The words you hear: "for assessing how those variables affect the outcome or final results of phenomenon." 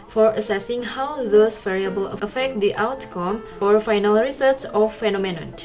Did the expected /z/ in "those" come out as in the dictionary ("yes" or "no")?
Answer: no